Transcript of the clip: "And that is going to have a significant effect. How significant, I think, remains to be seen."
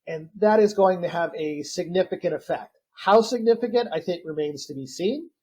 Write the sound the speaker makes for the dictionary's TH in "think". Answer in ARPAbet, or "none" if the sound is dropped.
TH